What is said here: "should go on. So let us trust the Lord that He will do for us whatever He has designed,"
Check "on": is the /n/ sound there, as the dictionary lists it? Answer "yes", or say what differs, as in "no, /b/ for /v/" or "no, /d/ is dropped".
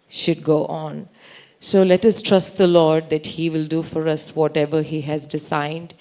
yes